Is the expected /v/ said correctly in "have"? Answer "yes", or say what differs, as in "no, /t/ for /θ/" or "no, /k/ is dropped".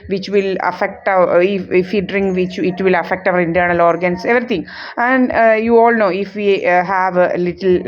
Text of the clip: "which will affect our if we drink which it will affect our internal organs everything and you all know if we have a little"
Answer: yes